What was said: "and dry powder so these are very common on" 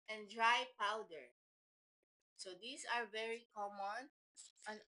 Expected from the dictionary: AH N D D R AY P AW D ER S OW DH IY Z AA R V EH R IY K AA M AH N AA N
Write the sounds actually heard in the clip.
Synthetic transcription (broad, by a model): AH N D D R AY P AW D ER S OW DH IY S AA R V EH R IY K AA M AH N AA N